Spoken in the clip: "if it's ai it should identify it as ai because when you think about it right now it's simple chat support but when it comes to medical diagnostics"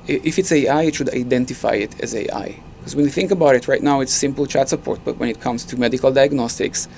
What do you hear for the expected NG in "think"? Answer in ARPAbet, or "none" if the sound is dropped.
NG